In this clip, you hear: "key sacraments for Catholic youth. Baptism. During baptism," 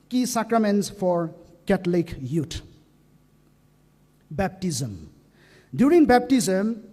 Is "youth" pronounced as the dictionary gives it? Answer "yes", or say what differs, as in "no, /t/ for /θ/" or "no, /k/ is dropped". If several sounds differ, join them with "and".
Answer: no, /t/ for /θ/